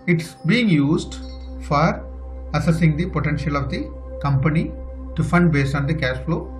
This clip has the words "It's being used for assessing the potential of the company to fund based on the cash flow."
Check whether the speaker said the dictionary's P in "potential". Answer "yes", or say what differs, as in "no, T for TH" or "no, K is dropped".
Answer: yes